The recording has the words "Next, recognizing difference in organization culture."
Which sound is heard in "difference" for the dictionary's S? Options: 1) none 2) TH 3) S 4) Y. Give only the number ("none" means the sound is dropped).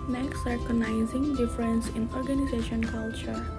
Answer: 3